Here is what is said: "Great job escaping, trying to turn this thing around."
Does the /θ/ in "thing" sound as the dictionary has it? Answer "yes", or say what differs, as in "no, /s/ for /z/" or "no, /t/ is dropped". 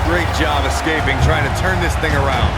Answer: yes